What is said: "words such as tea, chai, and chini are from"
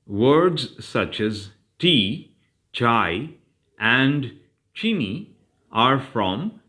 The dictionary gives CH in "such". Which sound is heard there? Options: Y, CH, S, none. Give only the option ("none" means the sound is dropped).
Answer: CH